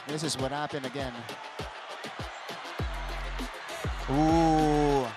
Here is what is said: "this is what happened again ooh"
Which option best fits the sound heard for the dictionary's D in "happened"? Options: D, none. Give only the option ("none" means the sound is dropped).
none